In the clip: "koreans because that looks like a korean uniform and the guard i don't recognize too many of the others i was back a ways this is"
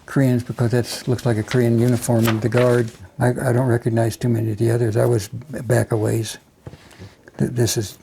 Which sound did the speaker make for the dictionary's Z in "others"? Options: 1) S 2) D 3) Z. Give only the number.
3